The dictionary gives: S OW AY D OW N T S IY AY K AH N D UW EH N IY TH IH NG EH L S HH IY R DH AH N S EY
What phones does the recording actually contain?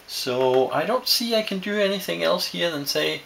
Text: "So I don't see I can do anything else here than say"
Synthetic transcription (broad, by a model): S OW AY D OW N T S IY AY K AH N D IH EH N IY TH IH NG EH L S HH IY R DH AH N S EY